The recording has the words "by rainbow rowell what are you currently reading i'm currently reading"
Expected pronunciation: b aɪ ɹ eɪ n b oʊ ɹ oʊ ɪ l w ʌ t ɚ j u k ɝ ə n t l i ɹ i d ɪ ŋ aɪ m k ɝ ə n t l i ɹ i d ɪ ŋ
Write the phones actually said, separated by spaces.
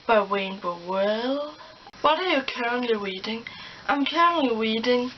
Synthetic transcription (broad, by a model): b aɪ w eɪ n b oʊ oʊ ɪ l w ʌ t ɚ j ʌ k ɝ ə n t l i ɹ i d ɪ ŋ aɪ m k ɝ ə n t l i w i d ɪ ŋ